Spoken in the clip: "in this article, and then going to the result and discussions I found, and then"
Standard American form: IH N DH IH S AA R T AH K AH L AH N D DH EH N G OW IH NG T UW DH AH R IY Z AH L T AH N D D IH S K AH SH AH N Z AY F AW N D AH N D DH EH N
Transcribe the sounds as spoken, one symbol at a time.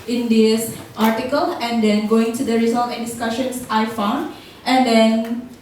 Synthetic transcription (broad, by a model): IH N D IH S AA R T AH K AH L AH N D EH N G OW IH NG T UW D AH R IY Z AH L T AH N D D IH S K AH SH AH N S AY F AW N D AH N D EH N